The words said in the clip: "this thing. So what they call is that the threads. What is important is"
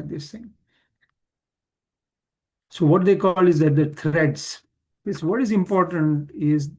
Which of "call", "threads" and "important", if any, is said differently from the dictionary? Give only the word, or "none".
threads